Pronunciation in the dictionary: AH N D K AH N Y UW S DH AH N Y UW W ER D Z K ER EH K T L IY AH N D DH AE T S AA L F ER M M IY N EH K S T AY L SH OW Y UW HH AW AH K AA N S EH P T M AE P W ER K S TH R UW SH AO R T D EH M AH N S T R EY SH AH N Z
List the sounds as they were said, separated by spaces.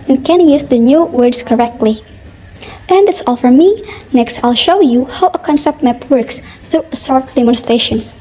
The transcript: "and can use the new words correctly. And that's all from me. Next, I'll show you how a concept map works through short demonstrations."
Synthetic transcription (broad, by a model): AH N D K AH N Y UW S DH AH N Y UW W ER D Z K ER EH K T L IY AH N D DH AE T S AA L F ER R M IY N EH K S T AY L SH OW Y UW HH AW AH K AA N S EH P T M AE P W ER K S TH R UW S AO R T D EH M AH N S T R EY SH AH N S